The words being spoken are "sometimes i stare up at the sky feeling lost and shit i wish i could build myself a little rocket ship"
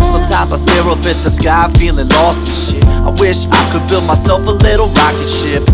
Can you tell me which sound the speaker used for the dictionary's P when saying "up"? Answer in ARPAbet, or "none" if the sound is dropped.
B